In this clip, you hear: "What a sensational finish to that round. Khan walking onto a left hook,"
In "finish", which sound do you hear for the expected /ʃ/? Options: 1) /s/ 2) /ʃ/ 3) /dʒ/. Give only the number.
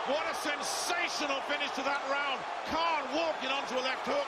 1